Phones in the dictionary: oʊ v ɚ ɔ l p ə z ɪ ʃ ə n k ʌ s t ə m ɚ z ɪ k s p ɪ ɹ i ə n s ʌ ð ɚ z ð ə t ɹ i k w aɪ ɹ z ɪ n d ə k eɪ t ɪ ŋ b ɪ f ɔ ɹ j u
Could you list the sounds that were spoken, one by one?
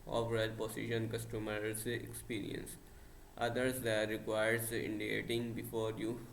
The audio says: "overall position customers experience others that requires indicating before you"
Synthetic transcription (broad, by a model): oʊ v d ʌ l p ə s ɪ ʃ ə n k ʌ s t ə m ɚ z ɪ k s p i ɹ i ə n s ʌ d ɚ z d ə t ɹ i k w aɪ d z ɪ n d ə k eɪ t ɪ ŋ b ɪ f ɔ ɹ j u